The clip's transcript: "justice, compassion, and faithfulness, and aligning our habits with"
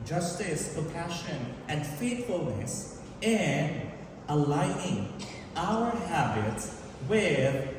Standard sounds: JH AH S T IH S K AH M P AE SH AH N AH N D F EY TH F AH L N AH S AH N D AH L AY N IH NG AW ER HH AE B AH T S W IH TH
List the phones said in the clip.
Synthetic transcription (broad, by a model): JH AH S T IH S K AH M P AE SH AH N AH N D F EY T F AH L N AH S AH N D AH L AY IH NG AW ER HH AE B AH T S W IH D